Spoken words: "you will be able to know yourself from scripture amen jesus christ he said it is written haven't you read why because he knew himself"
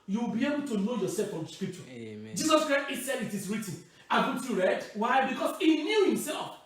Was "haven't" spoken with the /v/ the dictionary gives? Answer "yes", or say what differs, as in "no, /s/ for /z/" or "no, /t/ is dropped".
no, /b/ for /v/